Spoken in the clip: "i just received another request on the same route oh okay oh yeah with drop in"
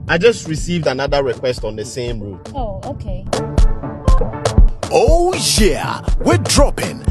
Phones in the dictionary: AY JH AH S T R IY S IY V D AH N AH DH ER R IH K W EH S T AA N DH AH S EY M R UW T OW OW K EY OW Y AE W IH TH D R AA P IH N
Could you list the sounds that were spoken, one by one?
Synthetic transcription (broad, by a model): AY JH AH S T R IY S IY V D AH N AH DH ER R IH K W EH S T AA N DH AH S EY M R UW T OW OW K EY OW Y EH W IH D R AA P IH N